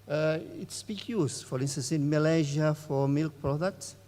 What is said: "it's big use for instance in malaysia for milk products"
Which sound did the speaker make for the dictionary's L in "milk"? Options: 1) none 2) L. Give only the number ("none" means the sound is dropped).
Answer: 2